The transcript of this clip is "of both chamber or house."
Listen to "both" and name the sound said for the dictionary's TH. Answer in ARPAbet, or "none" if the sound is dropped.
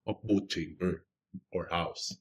T